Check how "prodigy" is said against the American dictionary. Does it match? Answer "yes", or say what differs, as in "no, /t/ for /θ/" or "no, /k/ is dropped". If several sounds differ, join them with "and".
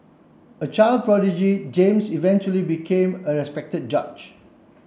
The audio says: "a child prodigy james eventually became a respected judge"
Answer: yes